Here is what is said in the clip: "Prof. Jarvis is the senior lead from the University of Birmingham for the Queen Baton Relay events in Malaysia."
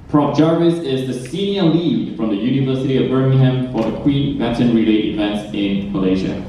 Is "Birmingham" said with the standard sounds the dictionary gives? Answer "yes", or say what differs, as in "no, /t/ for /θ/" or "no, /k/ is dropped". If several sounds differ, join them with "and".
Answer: yes